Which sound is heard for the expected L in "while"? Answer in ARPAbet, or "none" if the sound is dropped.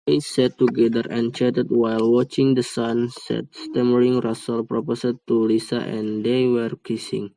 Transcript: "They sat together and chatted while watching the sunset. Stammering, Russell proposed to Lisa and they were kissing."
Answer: L